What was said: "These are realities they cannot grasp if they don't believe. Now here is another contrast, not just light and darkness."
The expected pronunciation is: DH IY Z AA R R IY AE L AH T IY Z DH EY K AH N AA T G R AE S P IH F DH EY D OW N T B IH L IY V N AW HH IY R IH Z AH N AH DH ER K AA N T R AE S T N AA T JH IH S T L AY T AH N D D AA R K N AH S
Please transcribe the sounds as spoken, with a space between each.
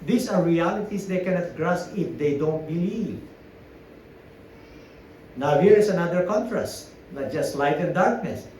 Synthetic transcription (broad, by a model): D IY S AA R R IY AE L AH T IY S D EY K AH N AA T G R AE S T IH F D EY D OW N T B IH L IY V N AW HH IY R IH S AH N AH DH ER K AA N T R AE S T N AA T JH IH S T L AY T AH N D D AA R K N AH S